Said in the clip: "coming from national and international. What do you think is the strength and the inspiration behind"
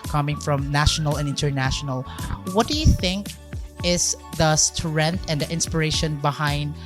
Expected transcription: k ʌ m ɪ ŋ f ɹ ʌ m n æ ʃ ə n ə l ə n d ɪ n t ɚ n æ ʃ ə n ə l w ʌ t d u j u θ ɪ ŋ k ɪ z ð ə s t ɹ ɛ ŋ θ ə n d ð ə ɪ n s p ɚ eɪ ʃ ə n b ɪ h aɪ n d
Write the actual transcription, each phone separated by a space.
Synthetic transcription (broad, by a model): k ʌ m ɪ ŋ f ɹ ʌ m n æ ʃ ə n ə l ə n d ɪ n t ɚ n æ ʃ ə n ə l w ʌ t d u j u θ ɪ ŋ k ɪ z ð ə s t ɹ ɛ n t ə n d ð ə ɪ n s p ɚ eɪ ʃ ə n b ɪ h aɪ n d